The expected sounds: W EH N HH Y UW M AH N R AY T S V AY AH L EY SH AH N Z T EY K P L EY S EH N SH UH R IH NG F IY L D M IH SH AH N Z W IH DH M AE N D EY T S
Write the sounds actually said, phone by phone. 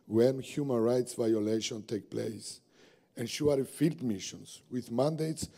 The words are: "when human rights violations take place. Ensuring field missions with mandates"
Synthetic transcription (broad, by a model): W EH N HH Y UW M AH N R AY T S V AY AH L EY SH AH N T EY K P L EY S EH N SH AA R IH F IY L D M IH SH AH N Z W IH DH M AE N D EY T S